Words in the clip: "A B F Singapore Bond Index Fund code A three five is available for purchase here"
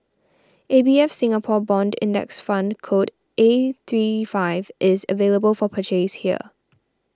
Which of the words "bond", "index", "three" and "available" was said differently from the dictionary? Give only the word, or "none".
none